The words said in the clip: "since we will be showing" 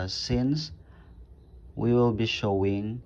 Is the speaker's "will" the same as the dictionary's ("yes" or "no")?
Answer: yes